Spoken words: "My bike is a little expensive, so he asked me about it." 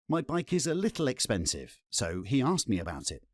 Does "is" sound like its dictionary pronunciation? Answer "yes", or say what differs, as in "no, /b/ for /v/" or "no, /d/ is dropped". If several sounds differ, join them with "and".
yes